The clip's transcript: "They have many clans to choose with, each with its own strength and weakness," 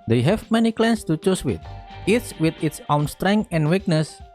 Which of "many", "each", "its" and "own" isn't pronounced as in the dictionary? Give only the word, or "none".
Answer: each